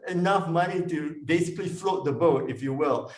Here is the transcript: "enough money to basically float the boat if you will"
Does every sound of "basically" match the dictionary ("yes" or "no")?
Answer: yes